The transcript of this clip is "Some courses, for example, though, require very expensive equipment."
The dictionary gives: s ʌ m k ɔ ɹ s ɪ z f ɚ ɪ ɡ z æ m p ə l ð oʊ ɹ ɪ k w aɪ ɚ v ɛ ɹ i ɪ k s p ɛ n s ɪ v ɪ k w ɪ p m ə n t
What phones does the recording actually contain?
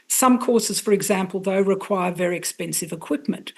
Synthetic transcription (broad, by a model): s ʌ m k ɔ ɹ s ɪ z f ɚ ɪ ɡ z æ m p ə l ð oʊ ɹ ɪ k w aɪ ɚ v ɛ ɹ i ɪ k s p ɛ n s ɪ v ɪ k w ɪ p m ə n t